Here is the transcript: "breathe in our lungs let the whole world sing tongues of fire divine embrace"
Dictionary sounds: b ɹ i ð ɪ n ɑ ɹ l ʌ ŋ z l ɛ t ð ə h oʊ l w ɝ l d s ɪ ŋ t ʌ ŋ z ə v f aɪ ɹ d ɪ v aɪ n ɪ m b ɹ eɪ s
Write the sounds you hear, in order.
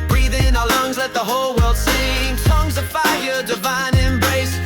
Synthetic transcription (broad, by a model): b ɹ i ð ɪ n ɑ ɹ l ʌ ŋ z l ɛ t ð ə h oʊ l w ɝ l d s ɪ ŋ s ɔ ŋ z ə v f aɪ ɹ d ɪ v aɪ n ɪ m b ɹ eɪ s